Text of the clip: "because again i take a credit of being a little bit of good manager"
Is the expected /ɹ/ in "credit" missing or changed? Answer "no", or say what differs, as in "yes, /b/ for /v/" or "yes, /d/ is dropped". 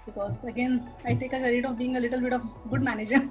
yes, /ɹ/ is dropped